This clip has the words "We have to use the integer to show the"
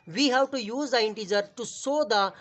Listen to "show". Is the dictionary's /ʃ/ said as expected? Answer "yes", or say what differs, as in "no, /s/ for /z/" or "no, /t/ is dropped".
no, /s/ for /ʃ/